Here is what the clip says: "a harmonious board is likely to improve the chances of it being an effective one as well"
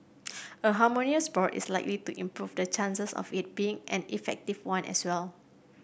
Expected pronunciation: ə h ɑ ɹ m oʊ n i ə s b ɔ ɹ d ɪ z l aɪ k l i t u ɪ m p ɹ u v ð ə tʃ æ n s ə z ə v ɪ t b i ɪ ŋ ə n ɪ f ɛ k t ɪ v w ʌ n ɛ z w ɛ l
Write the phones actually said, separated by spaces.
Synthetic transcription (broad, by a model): ə h ɑ m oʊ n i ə s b ɔ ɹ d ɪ s l aɪ k l i t u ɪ m p ɹ u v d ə tʃ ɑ n s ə s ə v ɪ t b i ɪ ŋ ə n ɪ f ɛ k t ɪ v w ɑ n ɛ s w ɛ l